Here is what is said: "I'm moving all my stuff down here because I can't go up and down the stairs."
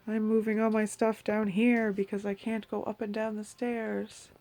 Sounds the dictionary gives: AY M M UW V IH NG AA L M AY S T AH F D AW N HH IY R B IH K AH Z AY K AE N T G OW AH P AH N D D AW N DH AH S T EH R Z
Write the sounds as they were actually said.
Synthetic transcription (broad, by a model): AY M M UW V IH NG AA L M AY S T AH F D AW N HH IY R B IH K AH Z AY K AE N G OW AH P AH N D D AW N DH AH S T EH R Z